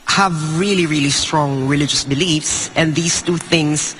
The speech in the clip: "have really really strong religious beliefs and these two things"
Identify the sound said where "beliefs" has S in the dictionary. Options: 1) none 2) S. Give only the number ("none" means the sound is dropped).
2